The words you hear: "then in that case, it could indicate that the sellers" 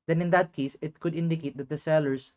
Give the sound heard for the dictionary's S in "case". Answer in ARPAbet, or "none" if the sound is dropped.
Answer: S